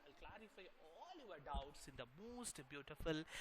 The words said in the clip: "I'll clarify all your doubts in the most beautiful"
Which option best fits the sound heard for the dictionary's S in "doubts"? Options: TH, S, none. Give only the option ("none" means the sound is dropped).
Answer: S